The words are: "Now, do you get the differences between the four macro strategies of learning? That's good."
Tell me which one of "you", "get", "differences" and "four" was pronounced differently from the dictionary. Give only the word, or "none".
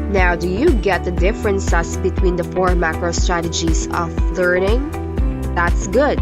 differences